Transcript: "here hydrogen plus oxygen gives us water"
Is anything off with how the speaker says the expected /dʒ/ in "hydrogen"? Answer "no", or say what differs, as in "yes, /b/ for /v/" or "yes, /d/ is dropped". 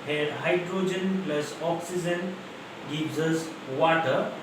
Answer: no